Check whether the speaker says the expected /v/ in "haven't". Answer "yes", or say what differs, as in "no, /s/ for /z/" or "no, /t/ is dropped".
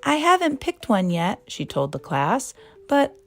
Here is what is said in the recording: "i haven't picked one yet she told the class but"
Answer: yes